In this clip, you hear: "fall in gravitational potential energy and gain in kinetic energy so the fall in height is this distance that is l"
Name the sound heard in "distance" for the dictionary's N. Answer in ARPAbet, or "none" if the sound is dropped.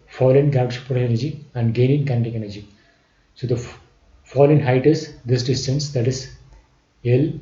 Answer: N